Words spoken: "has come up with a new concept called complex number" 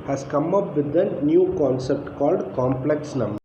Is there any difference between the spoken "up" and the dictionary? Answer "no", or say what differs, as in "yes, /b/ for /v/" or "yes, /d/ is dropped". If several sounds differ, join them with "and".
no